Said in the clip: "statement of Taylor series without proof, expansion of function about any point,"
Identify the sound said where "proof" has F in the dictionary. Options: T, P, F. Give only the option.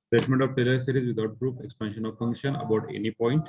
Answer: P